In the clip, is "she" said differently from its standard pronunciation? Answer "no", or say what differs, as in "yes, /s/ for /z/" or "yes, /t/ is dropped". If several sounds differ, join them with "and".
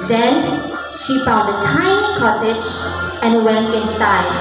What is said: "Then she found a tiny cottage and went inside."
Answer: no